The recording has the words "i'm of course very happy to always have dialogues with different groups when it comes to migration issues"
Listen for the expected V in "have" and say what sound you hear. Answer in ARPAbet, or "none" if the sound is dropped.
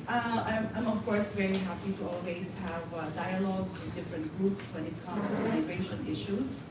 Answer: V